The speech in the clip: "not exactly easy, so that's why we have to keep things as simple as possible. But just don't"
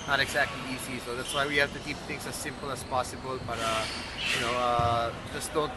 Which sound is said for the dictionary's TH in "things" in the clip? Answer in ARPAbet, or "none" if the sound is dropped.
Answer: T